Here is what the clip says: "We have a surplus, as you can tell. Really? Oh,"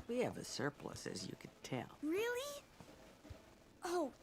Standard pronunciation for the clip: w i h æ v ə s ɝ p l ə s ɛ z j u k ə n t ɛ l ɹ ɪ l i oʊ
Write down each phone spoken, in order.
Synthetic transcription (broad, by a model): w i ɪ v ə s ɝ p l ə s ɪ z j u k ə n t ɛ l ɹ ɪ l i oʊ